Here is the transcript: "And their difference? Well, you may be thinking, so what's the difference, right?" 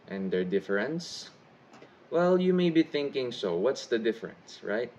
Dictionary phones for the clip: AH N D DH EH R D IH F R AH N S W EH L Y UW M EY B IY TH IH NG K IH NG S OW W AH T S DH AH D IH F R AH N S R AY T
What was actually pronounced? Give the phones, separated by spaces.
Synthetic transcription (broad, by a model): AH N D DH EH R D IH F R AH N S W EH L Y UW M EY B IY TH IH NG K IH NG S OW W AH T S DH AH D IH F R AH N S R AY T